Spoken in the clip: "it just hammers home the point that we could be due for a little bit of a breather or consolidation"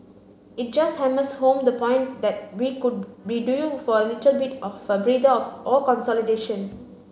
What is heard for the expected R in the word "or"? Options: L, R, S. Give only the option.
L